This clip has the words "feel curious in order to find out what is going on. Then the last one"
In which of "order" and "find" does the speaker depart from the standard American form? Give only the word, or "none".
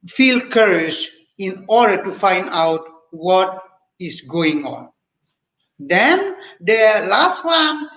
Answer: none